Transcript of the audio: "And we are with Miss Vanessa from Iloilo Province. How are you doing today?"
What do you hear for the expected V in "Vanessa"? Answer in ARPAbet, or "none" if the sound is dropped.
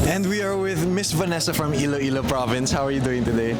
V